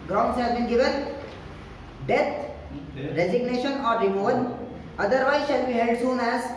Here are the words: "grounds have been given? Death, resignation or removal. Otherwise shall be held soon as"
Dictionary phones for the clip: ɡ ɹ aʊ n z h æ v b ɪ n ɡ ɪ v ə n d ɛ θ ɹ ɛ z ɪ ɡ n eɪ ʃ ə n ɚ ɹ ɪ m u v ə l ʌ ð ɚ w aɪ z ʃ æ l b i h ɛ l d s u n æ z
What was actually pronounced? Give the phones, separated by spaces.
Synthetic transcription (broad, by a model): ɡ ɹ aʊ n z h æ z b ɪ n ɡ ɪ v ə n d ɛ t ɹ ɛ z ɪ ɡ n eɪ ʃ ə n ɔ ɹ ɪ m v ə n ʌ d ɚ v aɪ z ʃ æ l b i h ɛ l d s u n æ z